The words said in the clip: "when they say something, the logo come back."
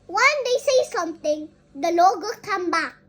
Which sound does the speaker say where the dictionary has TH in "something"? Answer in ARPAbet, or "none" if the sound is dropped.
T